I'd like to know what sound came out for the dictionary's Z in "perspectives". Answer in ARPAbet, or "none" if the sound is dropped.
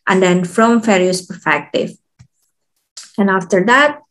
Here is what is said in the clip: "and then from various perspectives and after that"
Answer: none